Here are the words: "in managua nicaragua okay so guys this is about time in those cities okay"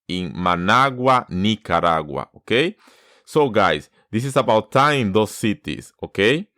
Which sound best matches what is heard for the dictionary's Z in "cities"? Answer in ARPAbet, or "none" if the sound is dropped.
S